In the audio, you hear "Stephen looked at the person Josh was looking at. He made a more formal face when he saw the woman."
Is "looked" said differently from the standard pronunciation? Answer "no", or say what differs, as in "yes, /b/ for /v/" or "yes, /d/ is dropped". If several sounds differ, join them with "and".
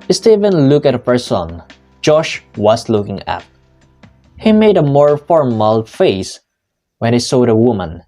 yes, /t/ is dropped